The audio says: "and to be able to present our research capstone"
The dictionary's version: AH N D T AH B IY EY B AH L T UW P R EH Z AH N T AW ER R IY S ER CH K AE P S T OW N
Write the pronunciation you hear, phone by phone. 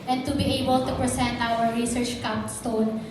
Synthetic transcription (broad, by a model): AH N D T AH B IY EY B AH L T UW P R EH S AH N T AW ER R IY S ER CH K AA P S T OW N